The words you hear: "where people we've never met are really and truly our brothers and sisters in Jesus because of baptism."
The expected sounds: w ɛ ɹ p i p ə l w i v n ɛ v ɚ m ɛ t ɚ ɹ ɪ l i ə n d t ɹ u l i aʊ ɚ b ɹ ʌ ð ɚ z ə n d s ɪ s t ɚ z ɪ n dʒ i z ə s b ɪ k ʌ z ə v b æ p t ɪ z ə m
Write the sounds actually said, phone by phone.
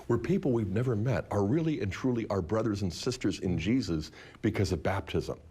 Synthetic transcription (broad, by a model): w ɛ ɹ p i p l w i v n ɛ v ɚ m ɛ t ɚ ɹ ɪ l i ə n t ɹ u l i aʊ ɚ b ɹ ʌ ð ɚ z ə n s ɪ s t ɚ z ɪ n dʒ i z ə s b ɪ k ʌ z ə v b æ p t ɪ z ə m